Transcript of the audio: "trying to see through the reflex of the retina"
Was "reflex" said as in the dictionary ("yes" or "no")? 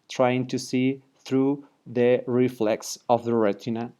yes